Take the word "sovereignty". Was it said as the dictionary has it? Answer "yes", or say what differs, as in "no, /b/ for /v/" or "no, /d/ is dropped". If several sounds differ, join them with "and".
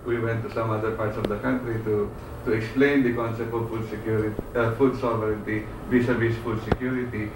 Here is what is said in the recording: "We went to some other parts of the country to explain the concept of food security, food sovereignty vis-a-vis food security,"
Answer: yes